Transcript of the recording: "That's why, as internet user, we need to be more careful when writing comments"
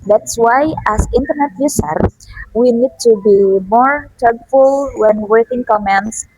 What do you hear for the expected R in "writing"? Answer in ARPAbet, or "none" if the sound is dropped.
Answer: W